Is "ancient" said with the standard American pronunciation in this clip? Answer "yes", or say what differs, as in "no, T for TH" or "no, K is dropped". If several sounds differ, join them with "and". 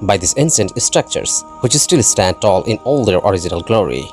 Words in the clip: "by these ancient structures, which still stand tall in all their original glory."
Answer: no, S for SH